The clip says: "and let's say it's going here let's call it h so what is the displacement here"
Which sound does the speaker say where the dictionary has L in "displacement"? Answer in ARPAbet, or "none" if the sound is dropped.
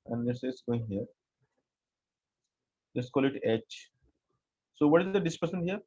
none